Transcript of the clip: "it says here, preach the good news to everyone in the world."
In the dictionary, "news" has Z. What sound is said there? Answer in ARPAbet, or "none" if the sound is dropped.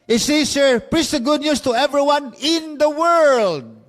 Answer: S